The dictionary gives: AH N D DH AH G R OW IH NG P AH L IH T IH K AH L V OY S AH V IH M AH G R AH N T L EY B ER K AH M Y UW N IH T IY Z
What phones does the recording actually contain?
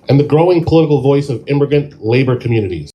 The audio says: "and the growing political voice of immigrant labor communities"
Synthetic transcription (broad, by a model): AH N DH AH G R OW IH NG P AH L IH T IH K L V OY S AH V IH M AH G AH N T L EY B ER K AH M Y UW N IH T IY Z